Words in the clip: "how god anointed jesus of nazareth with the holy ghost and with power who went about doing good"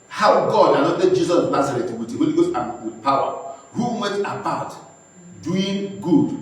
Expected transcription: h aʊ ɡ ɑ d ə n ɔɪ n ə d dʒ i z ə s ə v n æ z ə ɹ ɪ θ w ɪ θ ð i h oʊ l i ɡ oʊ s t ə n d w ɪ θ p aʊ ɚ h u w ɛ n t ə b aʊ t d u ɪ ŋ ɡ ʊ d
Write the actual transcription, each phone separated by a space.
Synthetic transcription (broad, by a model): h aʊ ɡ ɑ d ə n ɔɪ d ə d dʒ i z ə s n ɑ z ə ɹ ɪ t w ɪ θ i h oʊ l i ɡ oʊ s ə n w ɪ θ p aʊ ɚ h u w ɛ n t ə b aʊ t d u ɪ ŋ ɡ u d